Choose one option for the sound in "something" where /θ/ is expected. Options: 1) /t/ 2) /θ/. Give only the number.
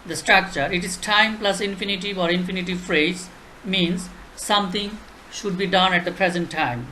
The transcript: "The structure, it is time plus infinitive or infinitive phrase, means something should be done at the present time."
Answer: 1